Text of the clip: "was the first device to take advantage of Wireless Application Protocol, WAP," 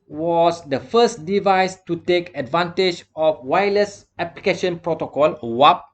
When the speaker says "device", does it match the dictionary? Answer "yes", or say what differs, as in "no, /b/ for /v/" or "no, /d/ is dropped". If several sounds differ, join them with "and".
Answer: yes